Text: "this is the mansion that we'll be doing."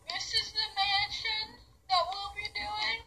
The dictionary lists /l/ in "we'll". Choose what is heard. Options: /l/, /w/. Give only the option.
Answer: /l/